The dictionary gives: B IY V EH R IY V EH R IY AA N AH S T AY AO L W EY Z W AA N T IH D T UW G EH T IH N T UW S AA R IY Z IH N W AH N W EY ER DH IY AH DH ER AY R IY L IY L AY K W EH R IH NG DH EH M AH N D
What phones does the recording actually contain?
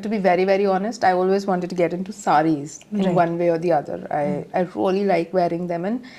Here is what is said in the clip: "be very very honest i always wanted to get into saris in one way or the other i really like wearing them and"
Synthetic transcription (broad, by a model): B IY V EH R IY V EH R IY AA N AH S T AY AO L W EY Z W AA N T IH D T UW G EH T IH N T UW S AA R IY Z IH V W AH N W EY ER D IY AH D ER AY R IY L IY L AY K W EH R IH NG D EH M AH N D